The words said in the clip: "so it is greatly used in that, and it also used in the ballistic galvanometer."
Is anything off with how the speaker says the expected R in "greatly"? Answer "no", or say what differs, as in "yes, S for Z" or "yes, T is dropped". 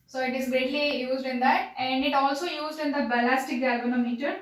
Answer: yes, R is dropped